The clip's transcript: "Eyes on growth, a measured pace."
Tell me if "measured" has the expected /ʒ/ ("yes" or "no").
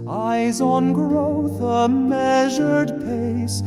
yes